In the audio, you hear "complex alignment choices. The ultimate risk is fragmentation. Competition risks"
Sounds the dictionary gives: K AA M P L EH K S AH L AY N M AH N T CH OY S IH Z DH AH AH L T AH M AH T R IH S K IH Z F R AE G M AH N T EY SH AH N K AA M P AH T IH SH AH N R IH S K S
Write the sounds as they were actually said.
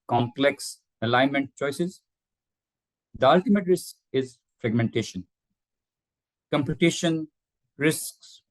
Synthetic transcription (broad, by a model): K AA M P L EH K S AH L AY N M AH N T CH OY S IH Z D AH AH L T AH M AH T R IH S K IH Z F R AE G M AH N T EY SH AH N K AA M P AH T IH SH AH N R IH S K S